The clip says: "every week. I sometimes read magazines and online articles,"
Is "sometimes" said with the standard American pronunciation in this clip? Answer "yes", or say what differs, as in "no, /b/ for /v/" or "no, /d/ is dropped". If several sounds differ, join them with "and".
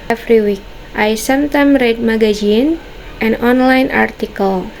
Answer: no, /z/ is dropped